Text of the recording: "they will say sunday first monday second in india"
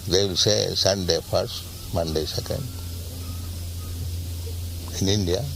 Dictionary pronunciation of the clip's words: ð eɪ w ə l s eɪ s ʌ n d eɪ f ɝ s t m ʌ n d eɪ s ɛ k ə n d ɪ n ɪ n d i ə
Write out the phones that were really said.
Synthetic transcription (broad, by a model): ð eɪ w ə l s eɪ s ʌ n d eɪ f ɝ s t m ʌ n d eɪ s ɛ k ə n d ɪ n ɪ n d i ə